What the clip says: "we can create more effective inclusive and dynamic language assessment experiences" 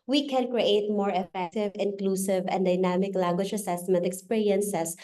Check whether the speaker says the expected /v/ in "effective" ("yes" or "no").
yes